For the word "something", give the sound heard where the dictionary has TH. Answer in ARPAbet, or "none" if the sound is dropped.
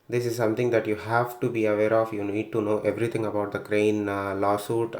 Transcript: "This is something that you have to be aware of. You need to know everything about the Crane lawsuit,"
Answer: T